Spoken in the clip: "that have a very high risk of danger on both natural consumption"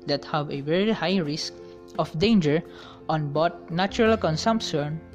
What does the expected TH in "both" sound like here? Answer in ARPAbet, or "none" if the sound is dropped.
T